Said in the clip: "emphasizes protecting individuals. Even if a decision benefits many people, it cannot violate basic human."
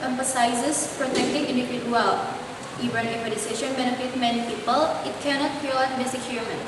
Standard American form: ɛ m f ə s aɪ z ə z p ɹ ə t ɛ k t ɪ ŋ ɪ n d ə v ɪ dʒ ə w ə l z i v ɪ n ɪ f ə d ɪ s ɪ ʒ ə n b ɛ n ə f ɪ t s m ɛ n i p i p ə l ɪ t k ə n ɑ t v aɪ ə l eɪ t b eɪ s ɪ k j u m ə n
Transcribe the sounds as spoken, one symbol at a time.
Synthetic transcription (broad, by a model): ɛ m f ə s aɪ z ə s p ɹ ə t ɛ k t ɪ ŋ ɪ n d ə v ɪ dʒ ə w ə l i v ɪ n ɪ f ə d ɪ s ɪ ʃ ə n b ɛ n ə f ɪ t m ɛ n i p i p ə l ɪ t k ə n ɑ t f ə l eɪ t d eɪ s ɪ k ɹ m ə n